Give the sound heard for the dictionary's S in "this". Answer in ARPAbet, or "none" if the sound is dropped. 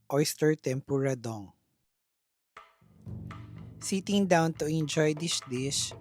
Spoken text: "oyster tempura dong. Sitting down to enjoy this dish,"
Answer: SH